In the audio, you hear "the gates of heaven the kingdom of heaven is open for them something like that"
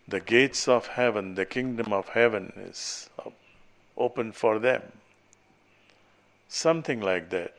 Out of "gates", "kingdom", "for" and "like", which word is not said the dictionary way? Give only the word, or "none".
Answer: none